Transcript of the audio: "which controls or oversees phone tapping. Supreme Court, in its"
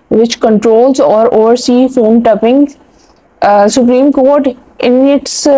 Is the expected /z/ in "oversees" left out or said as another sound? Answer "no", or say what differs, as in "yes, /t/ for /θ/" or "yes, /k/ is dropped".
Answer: yes, /z/ is dropped